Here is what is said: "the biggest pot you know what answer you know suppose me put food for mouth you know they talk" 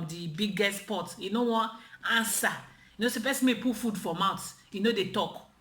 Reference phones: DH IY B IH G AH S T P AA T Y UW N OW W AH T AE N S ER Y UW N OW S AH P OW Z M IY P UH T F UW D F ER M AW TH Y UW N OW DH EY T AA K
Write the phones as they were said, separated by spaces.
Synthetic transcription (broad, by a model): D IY B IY G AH S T P AA T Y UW N OW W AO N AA N S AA Y UW N OW S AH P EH S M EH P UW F UW D F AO M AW T Y UW N OW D EY T AA K